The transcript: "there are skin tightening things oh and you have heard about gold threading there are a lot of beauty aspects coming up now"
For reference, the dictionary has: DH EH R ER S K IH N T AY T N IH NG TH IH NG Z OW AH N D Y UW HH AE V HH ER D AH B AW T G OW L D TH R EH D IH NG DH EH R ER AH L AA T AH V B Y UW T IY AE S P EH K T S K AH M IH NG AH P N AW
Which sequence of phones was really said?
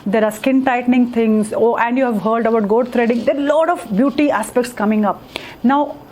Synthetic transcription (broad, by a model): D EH R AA S K IH N T AY T N IH NG T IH NG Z OW AH N D Y UW HH AE V HH ER D AH B AW T G OW D T R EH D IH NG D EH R L AA T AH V B Y UW T IY AE S P EH K T S K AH M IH NG AH P N AW